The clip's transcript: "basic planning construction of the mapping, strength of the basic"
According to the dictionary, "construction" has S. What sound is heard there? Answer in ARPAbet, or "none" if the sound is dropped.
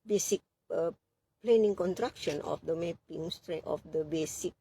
none